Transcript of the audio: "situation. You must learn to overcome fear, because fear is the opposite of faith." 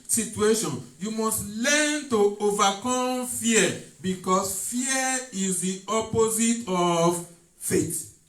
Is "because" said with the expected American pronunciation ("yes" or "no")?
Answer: no